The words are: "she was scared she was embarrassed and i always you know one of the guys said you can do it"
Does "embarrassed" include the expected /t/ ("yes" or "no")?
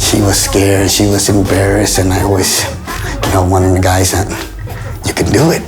no